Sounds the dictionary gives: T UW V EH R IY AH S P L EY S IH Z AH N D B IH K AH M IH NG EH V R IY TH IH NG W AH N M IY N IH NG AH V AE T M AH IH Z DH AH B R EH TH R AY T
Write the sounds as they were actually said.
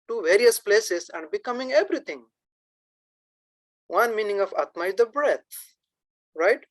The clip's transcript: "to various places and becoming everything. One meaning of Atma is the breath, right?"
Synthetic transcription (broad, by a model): T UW V EH R IY AH S P L EY S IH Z AH N D B IH K AH M IH NG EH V R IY T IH NG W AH N M IY N IH NG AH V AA T M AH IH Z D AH B R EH T R AY T